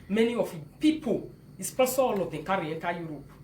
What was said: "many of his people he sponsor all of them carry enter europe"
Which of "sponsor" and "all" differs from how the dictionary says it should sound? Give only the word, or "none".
sponsor